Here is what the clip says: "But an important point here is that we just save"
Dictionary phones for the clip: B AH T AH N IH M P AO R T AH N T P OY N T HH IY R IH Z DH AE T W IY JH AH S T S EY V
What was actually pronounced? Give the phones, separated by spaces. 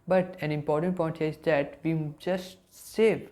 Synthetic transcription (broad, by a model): B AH T AH N IH M P AO R T AH N T P OY N T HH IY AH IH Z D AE T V IY JH AH S T S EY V